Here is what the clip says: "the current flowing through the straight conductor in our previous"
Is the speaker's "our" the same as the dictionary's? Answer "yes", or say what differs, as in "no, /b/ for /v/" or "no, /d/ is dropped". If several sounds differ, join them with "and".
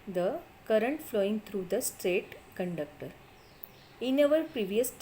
no, /l/ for /ɹ/